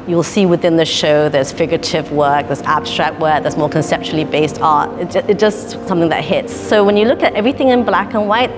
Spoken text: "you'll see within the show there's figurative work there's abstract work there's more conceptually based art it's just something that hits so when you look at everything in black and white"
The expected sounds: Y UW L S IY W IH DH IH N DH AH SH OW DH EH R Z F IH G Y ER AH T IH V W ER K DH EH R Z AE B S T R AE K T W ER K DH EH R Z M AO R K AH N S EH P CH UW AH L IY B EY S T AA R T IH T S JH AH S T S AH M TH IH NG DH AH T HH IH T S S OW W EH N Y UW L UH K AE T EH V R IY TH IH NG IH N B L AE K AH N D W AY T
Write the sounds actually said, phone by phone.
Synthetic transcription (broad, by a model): Y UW L S IY W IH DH IH N DH AH SH OW DH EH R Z F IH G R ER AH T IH V W ER K DH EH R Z AE B S T R AE K T W ER K DH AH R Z M AO R K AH N S EH P CH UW L IY B EY S T AA R T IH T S JH AH S T S AH M TH IH NG DH AH T HH IH T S S OW W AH N Y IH L UH K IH T EH V R IY TH IH NG IH N B L AE K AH N W AY T